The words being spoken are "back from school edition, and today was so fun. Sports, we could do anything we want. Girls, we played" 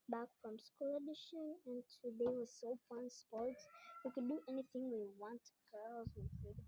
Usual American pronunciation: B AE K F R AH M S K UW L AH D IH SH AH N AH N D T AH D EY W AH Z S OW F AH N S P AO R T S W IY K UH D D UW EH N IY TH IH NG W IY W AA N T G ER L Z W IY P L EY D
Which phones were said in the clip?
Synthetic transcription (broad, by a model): B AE K F R AH M S K UW L AH D IH SH AH N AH N T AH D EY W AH S OW P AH N S P AO R T S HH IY K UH D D EH N IY TH IH NG W IY W AA N T G ER L Z W IY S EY